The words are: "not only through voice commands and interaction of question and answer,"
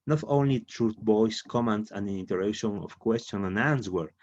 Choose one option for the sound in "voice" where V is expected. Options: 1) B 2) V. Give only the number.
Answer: 1